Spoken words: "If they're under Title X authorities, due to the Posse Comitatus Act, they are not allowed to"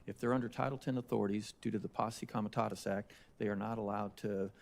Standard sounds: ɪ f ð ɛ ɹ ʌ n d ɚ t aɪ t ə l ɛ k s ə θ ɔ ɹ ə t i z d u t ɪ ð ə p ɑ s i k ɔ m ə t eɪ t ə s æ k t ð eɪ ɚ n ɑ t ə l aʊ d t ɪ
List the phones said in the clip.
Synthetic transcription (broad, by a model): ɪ f ð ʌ ɹ ʌ n d ɚ t aɪ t l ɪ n ə θ ɔ ɹ ə t i z d u t ɪ ð ə p ɑ s i k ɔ m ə t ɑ t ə s æ k t ð eɪ ɚ n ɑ t ə l aʊ d t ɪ